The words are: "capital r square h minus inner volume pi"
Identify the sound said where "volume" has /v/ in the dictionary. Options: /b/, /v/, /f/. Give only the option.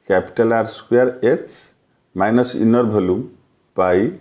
/b/